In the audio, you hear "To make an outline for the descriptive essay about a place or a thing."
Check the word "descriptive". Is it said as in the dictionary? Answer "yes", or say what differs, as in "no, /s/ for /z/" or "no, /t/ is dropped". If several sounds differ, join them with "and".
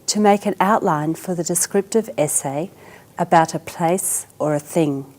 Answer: yes